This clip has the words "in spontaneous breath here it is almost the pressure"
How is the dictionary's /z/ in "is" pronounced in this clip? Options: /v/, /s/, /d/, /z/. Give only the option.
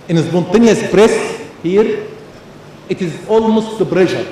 /z/